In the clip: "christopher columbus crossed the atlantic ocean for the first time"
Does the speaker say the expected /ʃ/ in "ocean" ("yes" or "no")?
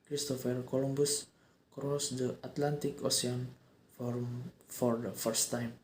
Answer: no